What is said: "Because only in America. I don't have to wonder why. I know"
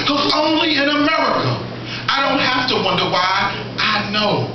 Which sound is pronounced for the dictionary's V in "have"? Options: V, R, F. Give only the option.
F